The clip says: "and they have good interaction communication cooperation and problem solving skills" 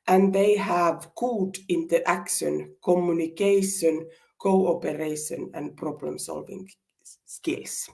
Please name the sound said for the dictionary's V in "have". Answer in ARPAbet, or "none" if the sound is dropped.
V